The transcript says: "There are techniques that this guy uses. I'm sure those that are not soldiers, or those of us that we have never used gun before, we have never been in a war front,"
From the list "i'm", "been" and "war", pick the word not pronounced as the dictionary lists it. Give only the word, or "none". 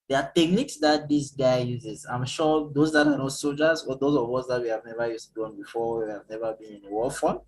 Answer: war